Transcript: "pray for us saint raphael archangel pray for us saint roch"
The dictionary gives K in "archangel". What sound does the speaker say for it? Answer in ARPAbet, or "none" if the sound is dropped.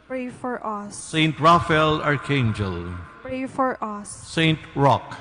K